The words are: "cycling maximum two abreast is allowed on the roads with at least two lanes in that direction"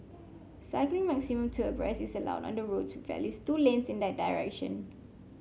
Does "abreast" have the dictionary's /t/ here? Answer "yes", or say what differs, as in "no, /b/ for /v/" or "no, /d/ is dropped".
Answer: no, /t/ is dropped